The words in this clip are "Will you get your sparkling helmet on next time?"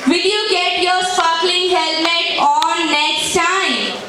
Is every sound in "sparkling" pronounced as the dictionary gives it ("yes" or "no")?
no